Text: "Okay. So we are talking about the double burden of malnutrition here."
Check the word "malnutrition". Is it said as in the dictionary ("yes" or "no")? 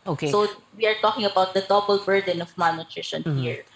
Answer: no